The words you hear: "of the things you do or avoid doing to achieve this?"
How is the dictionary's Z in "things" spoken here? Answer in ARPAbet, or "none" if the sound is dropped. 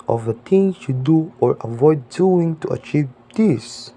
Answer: none